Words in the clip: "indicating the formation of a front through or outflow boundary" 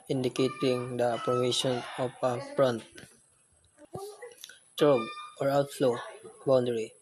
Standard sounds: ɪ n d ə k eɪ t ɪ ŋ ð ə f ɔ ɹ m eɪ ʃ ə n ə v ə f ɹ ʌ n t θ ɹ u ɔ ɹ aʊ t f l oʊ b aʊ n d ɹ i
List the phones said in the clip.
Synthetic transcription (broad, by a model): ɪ n d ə k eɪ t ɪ ŋ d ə p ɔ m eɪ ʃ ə n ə p ə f ɹ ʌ n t t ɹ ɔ ɔ ɹ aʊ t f l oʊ b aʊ n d ɹ i